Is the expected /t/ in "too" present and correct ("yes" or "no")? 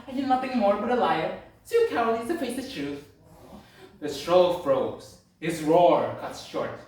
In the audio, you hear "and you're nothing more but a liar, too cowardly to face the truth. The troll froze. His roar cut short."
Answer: no